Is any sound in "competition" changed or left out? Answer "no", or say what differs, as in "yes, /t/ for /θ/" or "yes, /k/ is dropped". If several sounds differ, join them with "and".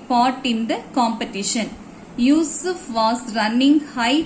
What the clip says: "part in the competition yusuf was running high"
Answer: no